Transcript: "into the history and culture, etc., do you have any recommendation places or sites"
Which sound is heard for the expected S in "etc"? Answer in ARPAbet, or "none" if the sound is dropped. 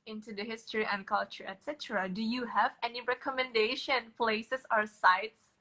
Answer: S